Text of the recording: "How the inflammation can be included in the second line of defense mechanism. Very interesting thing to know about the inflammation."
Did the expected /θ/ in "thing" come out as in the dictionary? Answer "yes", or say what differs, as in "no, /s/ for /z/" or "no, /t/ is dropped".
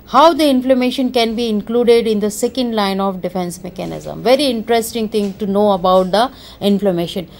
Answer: no, /t/ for /θ/